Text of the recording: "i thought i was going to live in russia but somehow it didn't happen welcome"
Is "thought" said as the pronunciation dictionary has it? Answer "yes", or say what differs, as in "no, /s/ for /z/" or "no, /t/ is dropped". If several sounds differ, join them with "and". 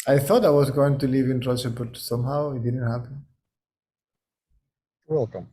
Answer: yes